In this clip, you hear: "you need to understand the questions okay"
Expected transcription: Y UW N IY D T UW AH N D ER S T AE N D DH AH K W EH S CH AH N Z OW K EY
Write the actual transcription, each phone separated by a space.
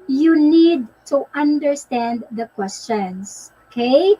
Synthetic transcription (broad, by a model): Y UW N IY D T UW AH N D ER S T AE N D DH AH K W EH S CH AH N S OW K EY